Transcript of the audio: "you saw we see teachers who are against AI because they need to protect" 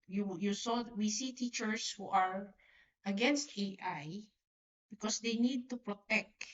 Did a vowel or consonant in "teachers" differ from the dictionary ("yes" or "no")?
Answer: yes